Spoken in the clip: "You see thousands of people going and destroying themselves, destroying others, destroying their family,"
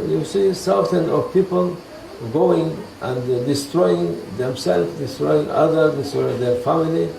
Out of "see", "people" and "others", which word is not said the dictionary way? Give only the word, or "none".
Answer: others